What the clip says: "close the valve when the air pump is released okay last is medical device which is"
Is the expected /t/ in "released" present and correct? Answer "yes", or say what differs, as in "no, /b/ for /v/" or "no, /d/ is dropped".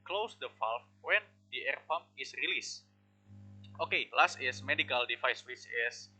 yes